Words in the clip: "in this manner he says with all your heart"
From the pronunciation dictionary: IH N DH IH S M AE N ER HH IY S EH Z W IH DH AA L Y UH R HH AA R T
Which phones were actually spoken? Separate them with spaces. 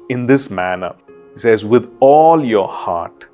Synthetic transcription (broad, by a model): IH N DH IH S M AE N ER HH IY S EH Z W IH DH AA L Y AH R HH AA R T